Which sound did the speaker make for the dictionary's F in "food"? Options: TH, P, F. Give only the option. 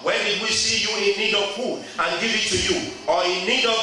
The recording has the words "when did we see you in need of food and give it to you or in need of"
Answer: P